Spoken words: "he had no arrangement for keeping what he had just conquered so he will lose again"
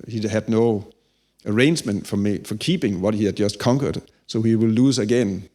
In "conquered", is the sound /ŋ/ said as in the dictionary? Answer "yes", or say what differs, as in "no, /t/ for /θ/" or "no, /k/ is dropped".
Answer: yes